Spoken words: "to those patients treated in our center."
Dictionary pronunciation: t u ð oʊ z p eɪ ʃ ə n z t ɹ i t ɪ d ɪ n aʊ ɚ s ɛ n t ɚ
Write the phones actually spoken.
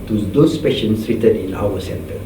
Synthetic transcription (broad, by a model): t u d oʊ s p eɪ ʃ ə n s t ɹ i t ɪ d ɪ n aʊ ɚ s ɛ n t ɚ